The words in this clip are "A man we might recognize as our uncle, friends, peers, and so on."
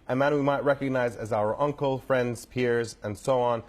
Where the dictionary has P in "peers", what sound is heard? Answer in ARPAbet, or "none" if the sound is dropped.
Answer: P